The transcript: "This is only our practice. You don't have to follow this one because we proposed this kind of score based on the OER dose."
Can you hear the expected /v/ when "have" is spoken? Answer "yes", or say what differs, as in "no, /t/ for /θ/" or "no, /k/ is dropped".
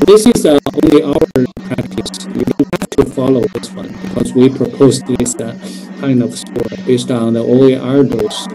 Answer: no, /f/ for /v/